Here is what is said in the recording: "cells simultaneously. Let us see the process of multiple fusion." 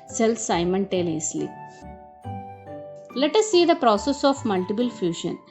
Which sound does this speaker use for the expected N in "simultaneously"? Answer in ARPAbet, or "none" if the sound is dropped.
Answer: L